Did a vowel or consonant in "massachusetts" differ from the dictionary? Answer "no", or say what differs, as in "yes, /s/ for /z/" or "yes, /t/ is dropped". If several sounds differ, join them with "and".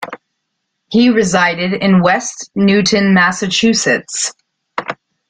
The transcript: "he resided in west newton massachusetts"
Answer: no